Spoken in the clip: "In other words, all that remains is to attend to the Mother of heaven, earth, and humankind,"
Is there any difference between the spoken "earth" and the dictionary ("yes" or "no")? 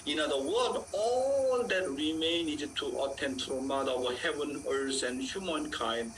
yes